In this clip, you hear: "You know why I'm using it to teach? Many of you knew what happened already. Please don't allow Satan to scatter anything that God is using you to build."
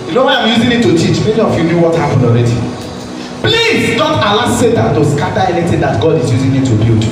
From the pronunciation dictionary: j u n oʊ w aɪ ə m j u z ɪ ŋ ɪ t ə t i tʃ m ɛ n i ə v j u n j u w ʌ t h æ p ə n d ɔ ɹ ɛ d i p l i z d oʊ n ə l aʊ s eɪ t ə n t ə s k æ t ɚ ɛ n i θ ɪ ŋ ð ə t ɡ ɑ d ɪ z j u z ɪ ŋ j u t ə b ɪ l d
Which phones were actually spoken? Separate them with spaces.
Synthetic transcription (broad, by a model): j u n oʊ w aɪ ə m j u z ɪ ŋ ɪ t ə t i tʃ m ɛ n i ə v j u n j u w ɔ t h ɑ p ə n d ɔ ɹ ɛ d i p l i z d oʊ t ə l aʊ s eɪ t ə n t ə s k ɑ t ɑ ɛ n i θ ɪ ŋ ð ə t ɡ ɑ d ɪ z j u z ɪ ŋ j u t ə b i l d